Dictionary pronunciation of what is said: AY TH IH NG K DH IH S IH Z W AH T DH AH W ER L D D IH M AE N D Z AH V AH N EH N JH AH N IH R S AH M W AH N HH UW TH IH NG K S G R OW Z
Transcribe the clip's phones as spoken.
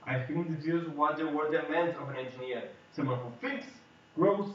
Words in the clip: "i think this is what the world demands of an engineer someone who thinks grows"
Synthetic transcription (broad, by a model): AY F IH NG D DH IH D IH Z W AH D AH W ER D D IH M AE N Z AH V AH N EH N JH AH N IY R S AH M W AH N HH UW F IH K S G R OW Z